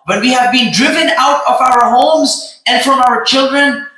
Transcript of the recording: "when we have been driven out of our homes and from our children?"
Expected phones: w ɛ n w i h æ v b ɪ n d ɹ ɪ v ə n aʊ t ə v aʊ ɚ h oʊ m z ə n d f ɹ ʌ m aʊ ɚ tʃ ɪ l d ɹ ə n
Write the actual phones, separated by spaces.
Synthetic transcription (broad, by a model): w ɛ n w i h æ v b ɪ n d ɹ ɪ v ə n aʊ t ə v aʊ ɚ h oʊ m z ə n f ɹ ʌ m aʊ ɚ tʃ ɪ l d ɹ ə n